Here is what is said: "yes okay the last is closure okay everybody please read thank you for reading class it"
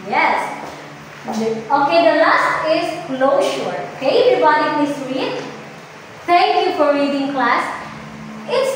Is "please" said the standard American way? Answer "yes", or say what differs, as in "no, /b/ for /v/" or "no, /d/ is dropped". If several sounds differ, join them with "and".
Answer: no, /s/ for /z/